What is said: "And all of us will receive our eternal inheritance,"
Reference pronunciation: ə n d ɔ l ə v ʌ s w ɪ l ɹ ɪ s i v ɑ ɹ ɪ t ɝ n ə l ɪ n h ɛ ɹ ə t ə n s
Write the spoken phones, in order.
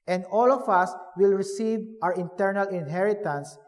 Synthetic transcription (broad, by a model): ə n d ɔ l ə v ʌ s w ɪ l ɹ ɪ s i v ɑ w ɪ t ɝ n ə l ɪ n h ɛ ɹ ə t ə n s